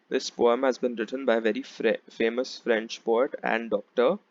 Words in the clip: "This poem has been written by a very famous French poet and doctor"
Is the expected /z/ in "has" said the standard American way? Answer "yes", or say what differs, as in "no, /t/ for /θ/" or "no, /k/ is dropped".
yes